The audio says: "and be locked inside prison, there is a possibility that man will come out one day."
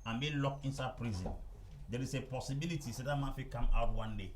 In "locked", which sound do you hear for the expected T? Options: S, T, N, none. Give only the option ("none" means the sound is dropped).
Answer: none